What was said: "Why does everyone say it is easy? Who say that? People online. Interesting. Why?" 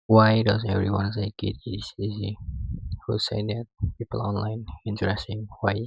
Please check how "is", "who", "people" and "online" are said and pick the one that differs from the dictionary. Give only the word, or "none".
is